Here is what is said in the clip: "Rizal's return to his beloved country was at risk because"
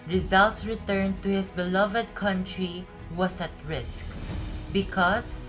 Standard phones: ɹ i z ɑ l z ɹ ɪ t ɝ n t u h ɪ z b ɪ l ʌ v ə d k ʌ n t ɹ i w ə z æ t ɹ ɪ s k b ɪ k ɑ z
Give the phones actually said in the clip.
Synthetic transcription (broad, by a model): ɹ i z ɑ l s ɹ ɪ t ɝ n t u h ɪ s b ɪ l ʌ v ə d k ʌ n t ɹ i w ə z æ t ɹ ɪ s k b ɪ k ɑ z